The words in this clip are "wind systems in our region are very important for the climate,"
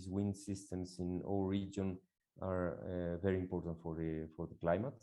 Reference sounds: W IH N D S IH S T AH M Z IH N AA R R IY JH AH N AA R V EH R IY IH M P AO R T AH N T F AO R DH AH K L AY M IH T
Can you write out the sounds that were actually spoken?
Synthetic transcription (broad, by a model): W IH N S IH S T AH M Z IH N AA L R IY JH AH N AA R V EH R IY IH M P AO R T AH N T F AO R DH AH K L AY M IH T